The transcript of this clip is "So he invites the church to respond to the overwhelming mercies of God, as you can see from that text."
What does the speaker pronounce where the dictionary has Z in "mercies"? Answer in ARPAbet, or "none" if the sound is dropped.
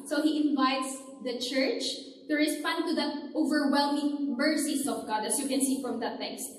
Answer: S